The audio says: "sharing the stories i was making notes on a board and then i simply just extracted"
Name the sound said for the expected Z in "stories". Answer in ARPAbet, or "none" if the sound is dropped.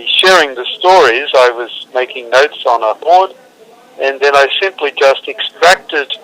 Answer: Z